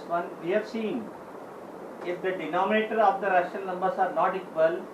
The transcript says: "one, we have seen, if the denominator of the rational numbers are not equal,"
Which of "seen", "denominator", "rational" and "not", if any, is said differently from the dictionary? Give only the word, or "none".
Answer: rational